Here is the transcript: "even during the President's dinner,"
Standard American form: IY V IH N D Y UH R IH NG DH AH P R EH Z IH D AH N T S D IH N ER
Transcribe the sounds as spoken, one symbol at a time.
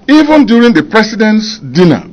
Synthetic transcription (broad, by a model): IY V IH N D Y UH R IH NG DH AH P R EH S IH D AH N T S D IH N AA